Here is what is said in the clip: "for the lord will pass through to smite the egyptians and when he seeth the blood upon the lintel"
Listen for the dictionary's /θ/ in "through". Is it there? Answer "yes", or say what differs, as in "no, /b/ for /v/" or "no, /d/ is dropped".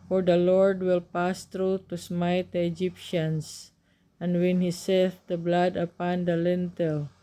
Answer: no, /t/ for /θ/